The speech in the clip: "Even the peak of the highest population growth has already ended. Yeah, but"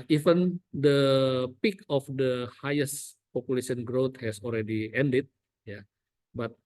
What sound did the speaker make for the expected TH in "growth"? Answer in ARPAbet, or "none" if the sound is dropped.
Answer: T